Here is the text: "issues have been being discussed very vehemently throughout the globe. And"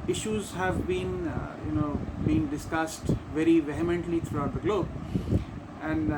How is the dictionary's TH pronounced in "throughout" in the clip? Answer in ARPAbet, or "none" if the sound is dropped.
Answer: T